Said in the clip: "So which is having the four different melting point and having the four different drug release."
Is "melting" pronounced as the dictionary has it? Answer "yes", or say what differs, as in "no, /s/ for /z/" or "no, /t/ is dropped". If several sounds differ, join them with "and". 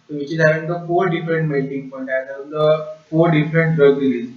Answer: no, /l/ is dropped